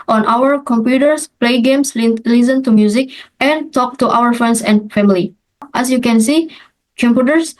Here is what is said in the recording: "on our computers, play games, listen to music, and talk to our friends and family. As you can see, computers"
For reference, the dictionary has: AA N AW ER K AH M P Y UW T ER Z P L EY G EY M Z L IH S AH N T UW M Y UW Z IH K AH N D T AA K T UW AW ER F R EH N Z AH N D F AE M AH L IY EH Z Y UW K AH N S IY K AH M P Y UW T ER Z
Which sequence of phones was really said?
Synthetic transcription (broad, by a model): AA N AW ER K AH M P Y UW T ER S P L EY G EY M S L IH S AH N T UW M Y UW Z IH K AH N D T AA K T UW AW ER F R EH N S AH N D F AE M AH L IY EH S Y UW K AH N S IY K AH M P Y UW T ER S